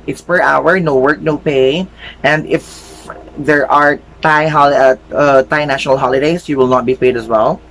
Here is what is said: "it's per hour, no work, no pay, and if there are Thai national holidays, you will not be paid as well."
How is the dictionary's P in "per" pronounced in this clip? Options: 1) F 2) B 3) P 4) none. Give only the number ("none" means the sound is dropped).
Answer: 3